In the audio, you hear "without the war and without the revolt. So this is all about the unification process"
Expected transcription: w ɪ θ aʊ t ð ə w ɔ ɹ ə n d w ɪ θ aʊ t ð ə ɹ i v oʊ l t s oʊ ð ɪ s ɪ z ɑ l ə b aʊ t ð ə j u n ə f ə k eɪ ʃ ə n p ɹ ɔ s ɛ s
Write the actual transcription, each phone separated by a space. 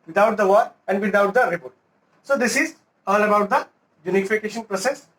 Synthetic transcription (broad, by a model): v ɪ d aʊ t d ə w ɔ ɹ ə n d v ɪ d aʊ t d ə ɹ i p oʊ t s oʊ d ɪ s ɪ z ɑ l ə b aʊ t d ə j u n ə f ə k eɪ ʃ ə n p ɹ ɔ s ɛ s